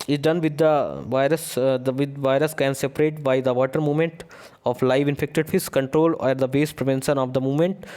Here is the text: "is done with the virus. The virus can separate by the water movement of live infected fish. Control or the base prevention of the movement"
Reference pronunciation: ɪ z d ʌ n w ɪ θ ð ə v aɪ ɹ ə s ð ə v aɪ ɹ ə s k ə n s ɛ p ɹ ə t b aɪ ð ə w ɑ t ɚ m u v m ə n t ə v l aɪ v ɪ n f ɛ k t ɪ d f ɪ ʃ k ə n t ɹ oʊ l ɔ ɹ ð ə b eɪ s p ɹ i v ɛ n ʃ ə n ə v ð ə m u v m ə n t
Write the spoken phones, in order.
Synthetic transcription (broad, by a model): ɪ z d ʌ n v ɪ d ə v aɪ ɹ ə s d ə v aɪ ɹ ə s k ə n s ɛ p ɹ ə t b aɪ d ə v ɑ t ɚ m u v m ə n t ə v l aɪ v ɪ n f ɛ k t ɪ d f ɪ s k ə n t ɹ oʊ l ɔ ɹ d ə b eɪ s p ɹ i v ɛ n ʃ ə n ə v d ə m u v m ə n t